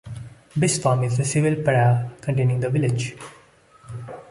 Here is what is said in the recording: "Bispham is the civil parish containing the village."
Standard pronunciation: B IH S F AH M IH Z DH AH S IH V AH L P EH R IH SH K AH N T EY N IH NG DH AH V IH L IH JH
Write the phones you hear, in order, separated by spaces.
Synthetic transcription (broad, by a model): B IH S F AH M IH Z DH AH S IH V AH L P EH IH K AH N T EY N IH NG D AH V IH L IH JH